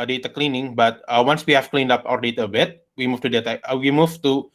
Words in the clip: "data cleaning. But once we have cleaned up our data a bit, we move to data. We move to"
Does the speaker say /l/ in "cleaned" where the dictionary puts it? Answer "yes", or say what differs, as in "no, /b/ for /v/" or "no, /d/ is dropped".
yes